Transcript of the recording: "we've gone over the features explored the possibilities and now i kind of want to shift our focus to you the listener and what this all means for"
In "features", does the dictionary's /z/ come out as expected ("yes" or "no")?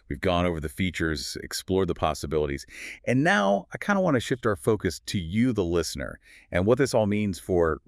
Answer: yes